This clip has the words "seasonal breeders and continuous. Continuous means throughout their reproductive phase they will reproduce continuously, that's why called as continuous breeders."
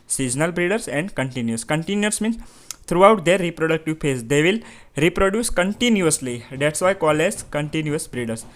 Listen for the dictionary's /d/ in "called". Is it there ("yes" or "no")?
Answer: no